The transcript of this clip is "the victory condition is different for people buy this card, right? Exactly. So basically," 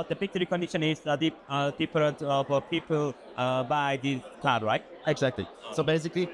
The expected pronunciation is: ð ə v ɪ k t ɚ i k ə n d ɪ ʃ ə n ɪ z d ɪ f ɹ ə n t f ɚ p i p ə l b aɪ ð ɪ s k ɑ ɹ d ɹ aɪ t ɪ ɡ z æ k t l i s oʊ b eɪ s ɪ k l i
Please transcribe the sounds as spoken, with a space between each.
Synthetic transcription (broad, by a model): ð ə p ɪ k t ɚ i k ə n d ɪ ʃ ə n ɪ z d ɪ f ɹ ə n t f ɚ p i p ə l b aɪ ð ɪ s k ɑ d ɹ aɪ t ɪ ɡ z æ k t l i s oʊ b eɪ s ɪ k l i